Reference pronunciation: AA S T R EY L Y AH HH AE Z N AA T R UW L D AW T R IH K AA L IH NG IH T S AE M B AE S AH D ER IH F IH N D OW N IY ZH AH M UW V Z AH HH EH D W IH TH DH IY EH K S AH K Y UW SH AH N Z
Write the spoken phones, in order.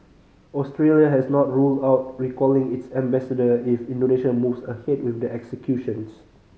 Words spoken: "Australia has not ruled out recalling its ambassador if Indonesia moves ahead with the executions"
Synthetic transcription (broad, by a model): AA S T R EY L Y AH HH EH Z N AA T R UW L D AW T R IH K AA L IH NG IH T S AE M B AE S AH D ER IH F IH N D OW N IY SH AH M UW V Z AH HH EH D W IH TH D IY EH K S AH K Y UW SH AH N S